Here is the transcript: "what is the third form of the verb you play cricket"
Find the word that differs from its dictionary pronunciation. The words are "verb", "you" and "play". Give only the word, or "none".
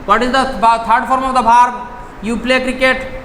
verb